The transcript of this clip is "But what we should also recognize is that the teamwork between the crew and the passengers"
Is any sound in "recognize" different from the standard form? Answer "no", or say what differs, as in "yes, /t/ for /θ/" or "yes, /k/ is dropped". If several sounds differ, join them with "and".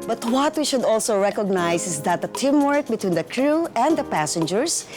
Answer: yes, /s/ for /z/